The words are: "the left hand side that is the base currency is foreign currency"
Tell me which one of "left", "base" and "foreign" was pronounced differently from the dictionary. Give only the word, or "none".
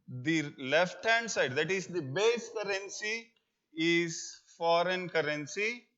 none